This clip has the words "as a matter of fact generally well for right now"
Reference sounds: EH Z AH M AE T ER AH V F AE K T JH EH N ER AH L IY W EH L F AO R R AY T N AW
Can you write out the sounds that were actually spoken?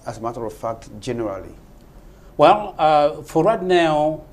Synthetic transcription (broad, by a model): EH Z AH M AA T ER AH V F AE K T JH EH N ER AH L IY W EH L F AO R W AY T N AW